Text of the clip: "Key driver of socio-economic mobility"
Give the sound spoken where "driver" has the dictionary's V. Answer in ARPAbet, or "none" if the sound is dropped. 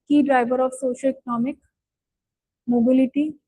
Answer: B